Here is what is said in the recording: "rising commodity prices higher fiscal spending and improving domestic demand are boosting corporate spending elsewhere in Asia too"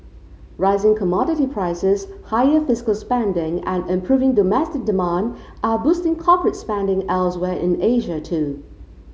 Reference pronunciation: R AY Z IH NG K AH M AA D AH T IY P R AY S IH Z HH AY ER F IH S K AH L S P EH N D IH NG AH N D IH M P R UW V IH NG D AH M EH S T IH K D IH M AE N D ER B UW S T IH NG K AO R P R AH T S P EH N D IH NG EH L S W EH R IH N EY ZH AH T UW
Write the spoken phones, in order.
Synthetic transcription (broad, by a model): R AY Z IH NG K AH M AA D AH T IY P R AY S IH Z HH AY ER F IH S K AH L S P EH N D IH NG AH N IH M P R UW V IH NG D AH M EH S T IH K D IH M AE N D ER B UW S T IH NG K AO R P R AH T S P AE N D IH NG EH L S W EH R IH N EY ZH AH T UW